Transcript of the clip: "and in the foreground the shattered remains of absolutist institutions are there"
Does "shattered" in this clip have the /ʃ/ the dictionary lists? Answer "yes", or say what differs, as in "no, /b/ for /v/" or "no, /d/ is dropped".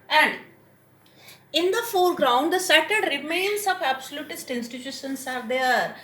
no, /s/ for /ʃ/